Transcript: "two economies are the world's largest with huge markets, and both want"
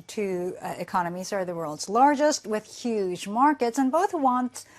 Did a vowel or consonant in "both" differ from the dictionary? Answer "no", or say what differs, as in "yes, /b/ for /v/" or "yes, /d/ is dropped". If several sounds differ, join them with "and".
no